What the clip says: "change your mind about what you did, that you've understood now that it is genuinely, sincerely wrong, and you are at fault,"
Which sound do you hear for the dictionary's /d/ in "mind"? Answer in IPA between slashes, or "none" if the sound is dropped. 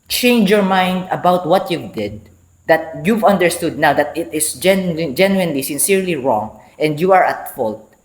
/d/